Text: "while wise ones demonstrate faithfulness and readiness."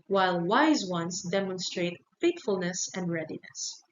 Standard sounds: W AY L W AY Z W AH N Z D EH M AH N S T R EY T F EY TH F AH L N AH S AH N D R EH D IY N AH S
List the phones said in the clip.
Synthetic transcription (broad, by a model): W AY L W AY Z W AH N S D EH M AH N S T R EY T F EY T F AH L N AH S AH N D R EH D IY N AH S